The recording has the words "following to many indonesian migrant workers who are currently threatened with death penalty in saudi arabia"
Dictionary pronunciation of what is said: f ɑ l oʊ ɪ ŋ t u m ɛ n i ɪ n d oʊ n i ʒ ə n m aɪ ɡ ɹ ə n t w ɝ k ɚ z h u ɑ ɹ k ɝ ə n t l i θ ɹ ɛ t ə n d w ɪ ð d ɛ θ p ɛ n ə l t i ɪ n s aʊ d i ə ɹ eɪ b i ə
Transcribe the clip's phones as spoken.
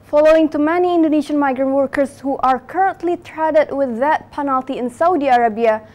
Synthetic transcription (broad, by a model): f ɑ l oʊ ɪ ŋ t u m ɛ n i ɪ n d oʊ n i ʃ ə n m aɪ ɡ ɹ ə n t w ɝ k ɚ s h u ɑ ɹ k ɝ ə n t l i t ɹ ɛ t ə d w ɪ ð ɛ t p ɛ n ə l t i ɪ n s aʊ d i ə ɹ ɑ b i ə